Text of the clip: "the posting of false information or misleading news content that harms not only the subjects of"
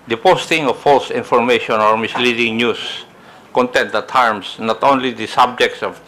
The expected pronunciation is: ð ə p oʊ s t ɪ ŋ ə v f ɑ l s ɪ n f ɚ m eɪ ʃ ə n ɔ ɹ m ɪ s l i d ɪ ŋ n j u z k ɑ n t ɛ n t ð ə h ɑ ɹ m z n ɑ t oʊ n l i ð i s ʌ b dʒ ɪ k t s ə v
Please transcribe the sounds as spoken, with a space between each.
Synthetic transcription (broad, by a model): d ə p oʊ s t ɪ ŋ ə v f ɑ l s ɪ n f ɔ m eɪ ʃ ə n ɔ ɹ m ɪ s l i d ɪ ŋ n j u s k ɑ n t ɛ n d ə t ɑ ɹ m s n ɑ t oʊ n l i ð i s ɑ b dʒ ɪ k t s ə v